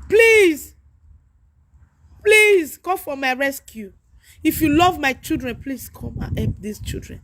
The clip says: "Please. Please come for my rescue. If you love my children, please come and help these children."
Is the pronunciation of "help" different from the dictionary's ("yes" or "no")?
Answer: yes